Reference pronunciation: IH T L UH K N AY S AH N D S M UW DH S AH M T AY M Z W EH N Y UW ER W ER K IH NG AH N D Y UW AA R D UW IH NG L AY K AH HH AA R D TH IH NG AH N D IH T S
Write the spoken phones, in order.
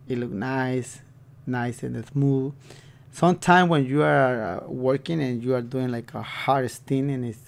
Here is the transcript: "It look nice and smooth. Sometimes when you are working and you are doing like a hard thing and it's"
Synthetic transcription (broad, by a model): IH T L UH K N AY S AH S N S M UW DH S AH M T AY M W EH N Y UW ER W ER K IH NG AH N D Y UW AA R D UW IH NG L AY K AH HH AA R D S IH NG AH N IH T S